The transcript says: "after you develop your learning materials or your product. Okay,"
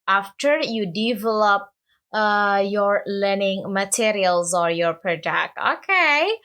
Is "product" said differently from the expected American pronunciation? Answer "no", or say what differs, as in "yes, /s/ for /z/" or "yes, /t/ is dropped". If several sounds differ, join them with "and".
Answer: yes, /ɹ/ is dropped